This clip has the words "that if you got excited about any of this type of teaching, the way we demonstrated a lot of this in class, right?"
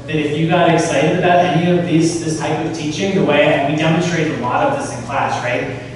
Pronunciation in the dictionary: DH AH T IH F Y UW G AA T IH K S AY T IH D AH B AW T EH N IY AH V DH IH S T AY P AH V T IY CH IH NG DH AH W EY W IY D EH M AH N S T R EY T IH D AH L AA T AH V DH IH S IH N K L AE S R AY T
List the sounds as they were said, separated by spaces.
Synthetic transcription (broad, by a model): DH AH T IH F Y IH G AA T IH K S AY T IH D AH B AW T EH N IY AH V DH IH S T AY P AH V T IY CH IH NG DH AH W EY W IY D EH M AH N S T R EY IH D AH L AA T AH V DH IH S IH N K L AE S R AY T